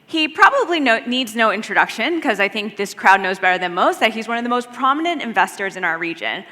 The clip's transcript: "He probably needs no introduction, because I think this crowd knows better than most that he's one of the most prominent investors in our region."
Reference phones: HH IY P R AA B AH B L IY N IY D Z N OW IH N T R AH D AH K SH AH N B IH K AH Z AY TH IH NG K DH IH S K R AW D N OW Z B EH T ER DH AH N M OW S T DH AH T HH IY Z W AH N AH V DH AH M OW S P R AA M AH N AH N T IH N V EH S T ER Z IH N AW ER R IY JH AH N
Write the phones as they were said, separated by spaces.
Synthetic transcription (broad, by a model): HH IY P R AA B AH B L IY N IY D Z N OW IH N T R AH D AH K SH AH N K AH Z AY TH IH NG K DH IH S K R AW D N OW Z B EH T ER DH AH N M OW S T DH AH T HH IY Z W AH N AH V DH AH M OW S P R AA M AH N AH N T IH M V EH S T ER Z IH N AW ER R IY JH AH N